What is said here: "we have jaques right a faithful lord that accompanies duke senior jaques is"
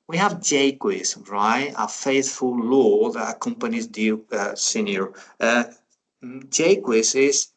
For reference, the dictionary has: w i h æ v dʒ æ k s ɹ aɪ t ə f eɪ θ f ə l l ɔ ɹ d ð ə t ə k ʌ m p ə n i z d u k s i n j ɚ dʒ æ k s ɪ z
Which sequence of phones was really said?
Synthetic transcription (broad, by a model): w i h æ v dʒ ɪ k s ɹ aɪ t ə f eɪ θ f ə l l ɔ ð ə t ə k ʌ m p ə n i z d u s i n j ɚ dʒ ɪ k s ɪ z